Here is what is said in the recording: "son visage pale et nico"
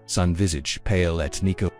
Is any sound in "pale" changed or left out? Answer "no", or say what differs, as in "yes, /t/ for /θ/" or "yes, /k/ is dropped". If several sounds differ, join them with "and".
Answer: no